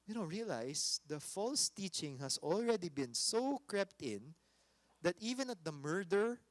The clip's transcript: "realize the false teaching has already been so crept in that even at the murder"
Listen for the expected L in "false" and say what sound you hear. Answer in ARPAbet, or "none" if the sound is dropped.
L